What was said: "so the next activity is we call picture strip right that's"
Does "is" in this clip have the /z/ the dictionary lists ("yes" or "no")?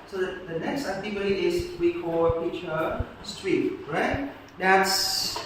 no